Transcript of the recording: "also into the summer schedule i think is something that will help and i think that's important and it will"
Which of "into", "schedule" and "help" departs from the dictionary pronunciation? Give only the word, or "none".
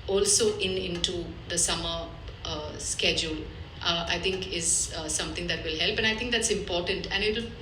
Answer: none